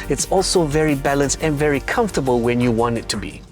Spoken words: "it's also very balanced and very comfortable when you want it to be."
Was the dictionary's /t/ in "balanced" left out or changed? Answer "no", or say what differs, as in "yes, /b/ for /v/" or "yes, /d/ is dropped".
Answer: no